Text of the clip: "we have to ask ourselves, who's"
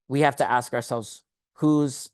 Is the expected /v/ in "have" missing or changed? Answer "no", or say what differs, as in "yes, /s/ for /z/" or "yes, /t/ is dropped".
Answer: yes, /f/ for /v/